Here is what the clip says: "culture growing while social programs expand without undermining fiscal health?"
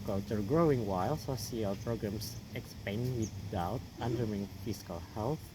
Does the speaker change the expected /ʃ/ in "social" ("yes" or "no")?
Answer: yes